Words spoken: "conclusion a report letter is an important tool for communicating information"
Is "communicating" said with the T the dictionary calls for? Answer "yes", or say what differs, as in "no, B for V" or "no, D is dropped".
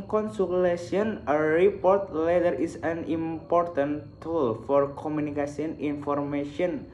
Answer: no, S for T